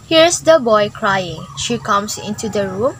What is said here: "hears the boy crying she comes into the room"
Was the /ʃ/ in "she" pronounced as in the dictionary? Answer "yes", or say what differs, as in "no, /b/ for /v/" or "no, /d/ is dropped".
yes